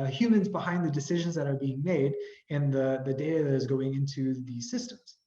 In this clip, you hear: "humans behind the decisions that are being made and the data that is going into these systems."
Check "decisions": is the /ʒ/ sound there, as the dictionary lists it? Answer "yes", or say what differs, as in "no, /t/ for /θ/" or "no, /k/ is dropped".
yes